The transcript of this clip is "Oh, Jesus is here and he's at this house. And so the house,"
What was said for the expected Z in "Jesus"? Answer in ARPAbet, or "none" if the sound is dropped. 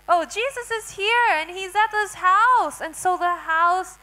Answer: Z